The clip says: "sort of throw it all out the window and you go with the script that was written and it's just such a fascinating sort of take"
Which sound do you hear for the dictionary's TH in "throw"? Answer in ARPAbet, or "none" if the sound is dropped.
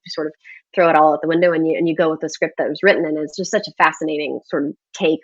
TH